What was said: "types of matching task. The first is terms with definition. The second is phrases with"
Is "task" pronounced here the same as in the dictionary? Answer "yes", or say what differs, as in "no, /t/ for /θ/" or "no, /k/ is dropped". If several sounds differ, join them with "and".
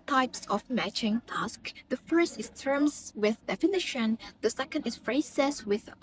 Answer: yes